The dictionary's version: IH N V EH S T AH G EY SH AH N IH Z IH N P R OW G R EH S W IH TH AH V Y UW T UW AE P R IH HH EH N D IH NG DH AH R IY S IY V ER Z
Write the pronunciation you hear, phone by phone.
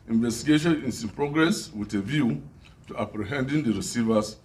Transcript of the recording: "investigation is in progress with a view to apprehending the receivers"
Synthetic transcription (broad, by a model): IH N V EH S T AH G EY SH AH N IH S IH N P R OW G R EH S W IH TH AH V Y UW T UW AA P R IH HH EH N D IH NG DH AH R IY S IY V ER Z